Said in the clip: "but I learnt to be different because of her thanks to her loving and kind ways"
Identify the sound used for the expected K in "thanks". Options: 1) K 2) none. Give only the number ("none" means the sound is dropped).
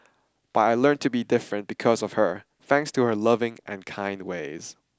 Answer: 1